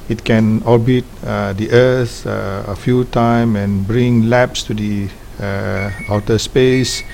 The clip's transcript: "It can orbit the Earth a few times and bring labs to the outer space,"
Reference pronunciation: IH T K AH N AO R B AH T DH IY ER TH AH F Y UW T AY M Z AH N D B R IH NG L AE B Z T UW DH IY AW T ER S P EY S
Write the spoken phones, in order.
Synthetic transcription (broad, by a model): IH T K AH N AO B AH T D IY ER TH AH F Y UW T AY M AH N B R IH NG L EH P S T UW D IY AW T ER S P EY S